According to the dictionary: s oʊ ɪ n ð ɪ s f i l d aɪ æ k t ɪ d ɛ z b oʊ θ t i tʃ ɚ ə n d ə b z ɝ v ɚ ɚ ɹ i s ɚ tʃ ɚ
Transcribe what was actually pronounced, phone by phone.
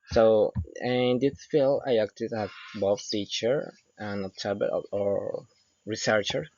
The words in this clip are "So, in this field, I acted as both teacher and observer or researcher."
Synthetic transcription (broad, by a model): s oʊ ɪ n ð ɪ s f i l aɪ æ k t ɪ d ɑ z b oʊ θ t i tʃ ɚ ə n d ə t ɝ b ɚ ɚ ɹ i s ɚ tʃ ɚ